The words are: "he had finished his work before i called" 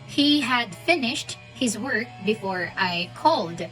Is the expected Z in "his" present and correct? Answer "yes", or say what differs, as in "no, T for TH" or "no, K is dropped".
yes